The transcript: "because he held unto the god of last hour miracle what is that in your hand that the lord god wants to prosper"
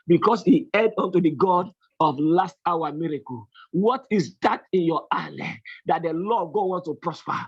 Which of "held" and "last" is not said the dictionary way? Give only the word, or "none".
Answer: held